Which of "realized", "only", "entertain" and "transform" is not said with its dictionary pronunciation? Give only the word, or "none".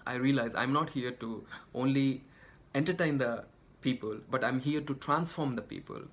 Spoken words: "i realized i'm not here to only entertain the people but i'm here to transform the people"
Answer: realized